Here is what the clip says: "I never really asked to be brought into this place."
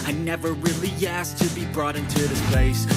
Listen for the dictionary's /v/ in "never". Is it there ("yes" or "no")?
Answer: yes